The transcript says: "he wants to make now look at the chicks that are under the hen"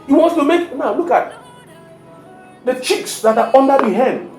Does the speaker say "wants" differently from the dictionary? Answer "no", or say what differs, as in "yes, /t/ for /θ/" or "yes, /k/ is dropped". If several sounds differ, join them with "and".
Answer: yes, /s/ is dropped